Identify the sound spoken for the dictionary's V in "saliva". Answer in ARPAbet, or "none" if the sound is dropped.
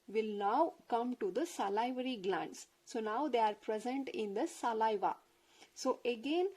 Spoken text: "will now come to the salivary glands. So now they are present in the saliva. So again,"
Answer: V